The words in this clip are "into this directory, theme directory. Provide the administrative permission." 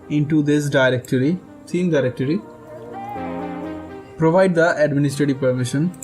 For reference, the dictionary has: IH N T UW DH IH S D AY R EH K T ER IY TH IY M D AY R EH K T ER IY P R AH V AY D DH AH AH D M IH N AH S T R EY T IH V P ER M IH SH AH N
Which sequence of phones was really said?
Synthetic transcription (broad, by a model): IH N T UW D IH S D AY R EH K T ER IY S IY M D AY R EH K T ER IY P R AH V AY D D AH AH D M IH N AH S T R EY T IH V P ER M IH SH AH N